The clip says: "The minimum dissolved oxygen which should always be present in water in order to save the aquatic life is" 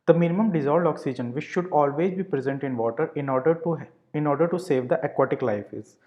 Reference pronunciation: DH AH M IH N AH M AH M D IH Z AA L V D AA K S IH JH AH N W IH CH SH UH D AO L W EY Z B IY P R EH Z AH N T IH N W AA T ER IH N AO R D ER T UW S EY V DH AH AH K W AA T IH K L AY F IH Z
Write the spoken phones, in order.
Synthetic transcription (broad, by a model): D AH M IH N AH M AH M D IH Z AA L D AA K S IH JH AH N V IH CH SH UH D AO L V EY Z B IY P R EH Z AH N T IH N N AA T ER IH N AO R D ER T UW S EY V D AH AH K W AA T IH K L AY F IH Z